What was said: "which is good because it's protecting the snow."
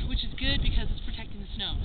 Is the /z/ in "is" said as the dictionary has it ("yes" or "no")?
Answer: yes